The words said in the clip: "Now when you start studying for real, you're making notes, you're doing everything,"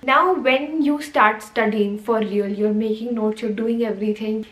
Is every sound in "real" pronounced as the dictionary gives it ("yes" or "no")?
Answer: no